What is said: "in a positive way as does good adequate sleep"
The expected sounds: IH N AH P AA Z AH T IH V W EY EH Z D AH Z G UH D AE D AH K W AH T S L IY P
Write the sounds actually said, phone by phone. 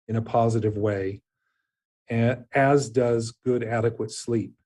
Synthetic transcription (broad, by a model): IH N AH P AA Z AH T IH V W EY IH Z D AH Z G UH D AE D AH K W AH T S L IY P